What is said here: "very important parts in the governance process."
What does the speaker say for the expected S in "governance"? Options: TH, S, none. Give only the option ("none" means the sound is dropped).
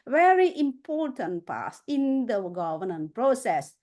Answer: none